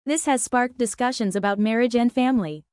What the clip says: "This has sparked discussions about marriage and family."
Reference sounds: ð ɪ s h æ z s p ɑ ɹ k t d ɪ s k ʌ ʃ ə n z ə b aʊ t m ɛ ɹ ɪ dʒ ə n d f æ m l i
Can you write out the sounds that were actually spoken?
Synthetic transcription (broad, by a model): ð ɪ s h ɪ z s p ɑ ɹ k d ɪ s k ʌ ʃ ə n z ə b aʊ t m ɛ ɹ ɪ dʒ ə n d f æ m l i